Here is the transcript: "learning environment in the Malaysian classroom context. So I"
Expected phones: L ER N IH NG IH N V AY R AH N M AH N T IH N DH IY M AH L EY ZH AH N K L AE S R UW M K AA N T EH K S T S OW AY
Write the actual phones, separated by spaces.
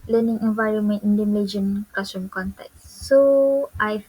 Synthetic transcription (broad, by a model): L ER N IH NG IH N V AY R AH N M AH N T IH N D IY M L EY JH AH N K AA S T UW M K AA N T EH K S T AY